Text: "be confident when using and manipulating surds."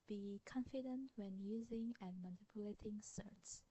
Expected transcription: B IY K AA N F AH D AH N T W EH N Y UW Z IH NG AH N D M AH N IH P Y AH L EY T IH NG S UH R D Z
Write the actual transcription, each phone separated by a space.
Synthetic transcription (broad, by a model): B IY K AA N F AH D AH N T W EH N Y UW Z IH NG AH N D M AH N IH P Y AH L EY T IH NG S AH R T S